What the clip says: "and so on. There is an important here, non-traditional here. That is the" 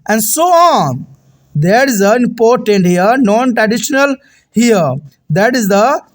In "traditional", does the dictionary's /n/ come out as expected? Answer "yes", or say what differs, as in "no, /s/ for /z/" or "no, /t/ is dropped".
yes